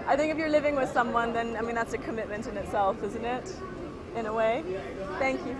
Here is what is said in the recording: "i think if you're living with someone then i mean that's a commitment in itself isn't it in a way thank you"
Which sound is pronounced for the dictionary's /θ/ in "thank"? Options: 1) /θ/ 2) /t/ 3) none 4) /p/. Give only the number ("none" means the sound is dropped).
1